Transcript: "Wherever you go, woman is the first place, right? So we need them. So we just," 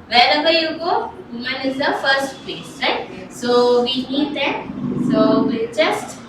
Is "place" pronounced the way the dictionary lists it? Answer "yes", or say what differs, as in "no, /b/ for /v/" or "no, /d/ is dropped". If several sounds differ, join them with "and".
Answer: no, /l/ is dropped